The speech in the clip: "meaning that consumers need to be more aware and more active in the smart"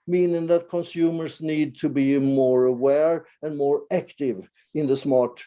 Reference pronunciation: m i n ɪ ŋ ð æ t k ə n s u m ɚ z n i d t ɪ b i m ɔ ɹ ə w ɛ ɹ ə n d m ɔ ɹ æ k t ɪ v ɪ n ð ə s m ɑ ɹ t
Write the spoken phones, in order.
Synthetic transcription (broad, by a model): m i n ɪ ŋ ð æ t k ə n s u m ɚ s n i d t ɪ b i m ɔ ɹ ə w ɛ ɹ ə n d m ɔ ɹ æ k t ɪ v ɪ n ð ə s m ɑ ɹ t